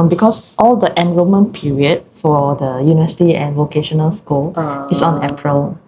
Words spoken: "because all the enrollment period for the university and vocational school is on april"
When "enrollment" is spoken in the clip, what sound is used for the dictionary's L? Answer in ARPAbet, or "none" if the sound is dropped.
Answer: none